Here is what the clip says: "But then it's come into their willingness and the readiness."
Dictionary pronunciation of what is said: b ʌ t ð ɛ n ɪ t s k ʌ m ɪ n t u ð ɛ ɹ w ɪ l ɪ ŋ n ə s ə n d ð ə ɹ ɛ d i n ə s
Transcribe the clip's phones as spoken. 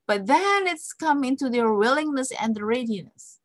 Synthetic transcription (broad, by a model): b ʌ t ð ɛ n ɪ t s k ʌ m ɪ n t u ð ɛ ɹ w ɪ l ɪ ŋ n ə s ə n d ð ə ɹ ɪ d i n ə s